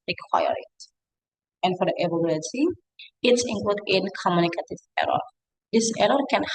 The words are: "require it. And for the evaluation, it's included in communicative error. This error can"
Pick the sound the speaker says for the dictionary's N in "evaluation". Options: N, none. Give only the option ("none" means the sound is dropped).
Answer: none